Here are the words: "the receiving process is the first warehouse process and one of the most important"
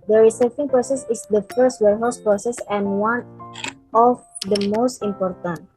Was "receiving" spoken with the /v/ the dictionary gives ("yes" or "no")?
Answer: no